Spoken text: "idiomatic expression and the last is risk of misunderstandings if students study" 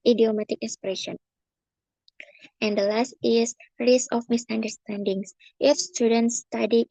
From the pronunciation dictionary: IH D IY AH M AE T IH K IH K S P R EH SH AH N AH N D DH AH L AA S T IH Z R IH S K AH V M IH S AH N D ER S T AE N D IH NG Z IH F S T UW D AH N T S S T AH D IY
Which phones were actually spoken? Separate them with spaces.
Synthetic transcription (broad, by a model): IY D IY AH M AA T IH K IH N S P R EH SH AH N AH N D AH L AA S T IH S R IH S AH F M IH S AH N D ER S T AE N D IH NG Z IH F S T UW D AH N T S S T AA D IY